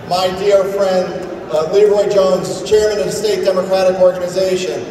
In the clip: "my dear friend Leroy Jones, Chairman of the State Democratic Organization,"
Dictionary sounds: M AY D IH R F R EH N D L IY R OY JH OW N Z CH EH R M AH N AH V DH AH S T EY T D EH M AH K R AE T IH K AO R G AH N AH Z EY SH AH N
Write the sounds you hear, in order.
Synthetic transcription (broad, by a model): M AY D IH R F R EH N D L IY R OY JH OW N Z CH EH R M AH N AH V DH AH S T EY T D EH M AH K R AE T IH K AO R G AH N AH Z EY SH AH N